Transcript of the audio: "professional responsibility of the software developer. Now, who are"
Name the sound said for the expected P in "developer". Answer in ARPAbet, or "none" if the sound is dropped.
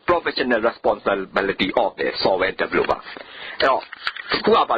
B